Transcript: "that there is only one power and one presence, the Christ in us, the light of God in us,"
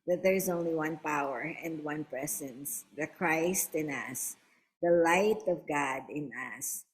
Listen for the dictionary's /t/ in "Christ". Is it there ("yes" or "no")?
yes